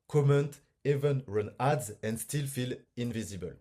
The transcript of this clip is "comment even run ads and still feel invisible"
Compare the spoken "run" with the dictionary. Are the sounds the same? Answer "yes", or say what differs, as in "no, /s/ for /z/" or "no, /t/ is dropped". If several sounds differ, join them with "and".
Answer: yes